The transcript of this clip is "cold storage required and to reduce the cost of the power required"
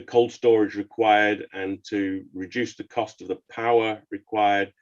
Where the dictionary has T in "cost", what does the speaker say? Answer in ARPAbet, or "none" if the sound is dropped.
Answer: T